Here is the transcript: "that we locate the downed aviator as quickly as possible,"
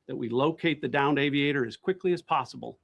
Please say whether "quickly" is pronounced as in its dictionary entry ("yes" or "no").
yes